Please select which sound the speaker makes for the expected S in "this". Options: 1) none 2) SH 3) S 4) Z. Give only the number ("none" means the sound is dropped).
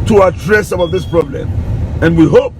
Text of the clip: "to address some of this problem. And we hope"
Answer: 3